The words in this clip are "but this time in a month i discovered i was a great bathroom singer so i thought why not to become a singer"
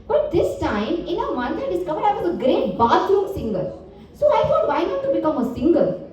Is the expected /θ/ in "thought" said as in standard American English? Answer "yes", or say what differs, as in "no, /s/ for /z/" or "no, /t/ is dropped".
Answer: no, /f/ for /θ/